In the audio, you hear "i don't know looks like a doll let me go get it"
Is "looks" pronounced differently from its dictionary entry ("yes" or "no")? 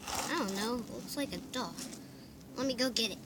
yes